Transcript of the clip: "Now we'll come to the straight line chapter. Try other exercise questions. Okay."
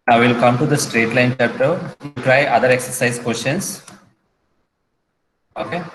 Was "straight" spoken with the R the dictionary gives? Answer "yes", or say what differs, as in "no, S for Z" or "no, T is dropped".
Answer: yes